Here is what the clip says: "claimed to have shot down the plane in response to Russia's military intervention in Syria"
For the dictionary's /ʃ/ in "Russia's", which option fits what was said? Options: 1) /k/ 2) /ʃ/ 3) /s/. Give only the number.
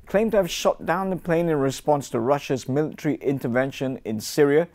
2